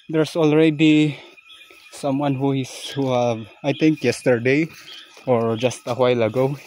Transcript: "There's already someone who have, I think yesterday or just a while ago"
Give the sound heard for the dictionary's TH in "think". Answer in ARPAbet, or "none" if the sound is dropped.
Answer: T